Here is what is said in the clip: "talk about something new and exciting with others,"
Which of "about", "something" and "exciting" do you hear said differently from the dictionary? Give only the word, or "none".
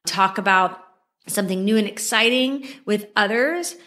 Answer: none